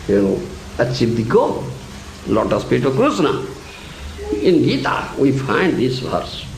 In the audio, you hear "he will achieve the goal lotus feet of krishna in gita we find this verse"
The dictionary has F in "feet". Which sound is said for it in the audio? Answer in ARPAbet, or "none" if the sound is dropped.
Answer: P